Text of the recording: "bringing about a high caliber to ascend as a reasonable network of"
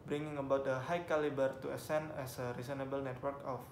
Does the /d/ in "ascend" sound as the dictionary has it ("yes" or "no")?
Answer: no